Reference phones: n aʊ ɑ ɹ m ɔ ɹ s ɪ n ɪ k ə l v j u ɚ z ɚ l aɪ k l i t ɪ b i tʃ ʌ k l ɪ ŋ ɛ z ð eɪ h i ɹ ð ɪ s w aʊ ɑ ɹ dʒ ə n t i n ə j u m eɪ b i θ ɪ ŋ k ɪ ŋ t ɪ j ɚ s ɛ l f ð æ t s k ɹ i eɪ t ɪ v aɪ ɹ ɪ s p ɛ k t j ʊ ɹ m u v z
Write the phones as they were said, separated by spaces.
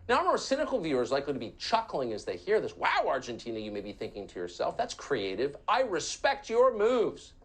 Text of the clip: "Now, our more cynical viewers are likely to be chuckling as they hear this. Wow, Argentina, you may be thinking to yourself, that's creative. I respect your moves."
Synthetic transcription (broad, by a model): n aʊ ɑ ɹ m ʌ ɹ s ɪ n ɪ k l v j u ɚ z l aɪ k l i t ɪ b i tʃ ʌ k l ɪ ŋ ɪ z ð eɪ h i ɹ ð ɪ s w aʊ ɑ ɹ dʒ ə n t i n ə j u m eɪ b i θ ɪ ŋ k ɪ ŋ t ɪ j ɚ s ɛ l f ð æ t s k ɹ i eɪ t ɪ v aɪ ɹ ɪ s p ɛ k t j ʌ ɹ m u v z